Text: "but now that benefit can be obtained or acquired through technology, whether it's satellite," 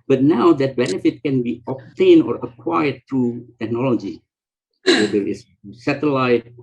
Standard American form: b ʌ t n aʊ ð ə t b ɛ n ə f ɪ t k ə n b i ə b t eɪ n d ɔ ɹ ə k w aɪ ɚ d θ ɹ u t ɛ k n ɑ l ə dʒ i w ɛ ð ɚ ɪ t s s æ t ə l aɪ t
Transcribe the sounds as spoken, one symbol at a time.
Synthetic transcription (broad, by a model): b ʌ t n aʊ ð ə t b ɛ n ə f ɪ t k ə n b i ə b t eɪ n ɔ ɹ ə k w aɪ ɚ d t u t ɛ k n ɑ l ə dʒ i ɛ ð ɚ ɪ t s s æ t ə l aɪ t